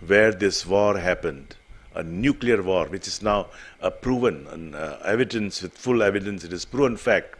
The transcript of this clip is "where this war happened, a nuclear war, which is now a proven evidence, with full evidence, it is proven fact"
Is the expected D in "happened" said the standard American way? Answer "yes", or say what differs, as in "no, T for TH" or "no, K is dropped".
yes